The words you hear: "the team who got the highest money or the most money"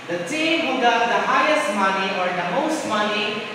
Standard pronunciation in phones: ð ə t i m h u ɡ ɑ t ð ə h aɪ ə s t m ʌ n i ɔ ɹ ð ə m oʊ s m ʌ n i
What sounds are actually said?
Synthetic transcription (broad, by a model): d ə s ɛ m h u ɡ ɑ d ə h aɪ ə s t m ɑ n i ɔ ɹ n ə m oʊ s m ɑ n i